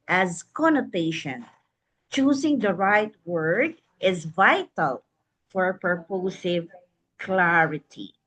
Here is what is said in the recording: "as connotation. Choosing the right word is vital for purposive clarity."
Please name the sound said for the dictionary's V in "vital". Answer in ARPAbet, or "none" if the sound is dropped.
V